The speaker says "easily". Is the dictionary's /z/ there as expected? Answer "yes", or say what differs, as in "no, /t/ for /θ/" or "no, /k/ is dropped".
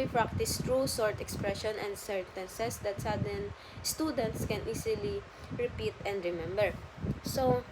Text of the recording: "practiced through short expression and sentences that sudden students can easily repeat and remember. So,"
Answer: no, /s/ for /z/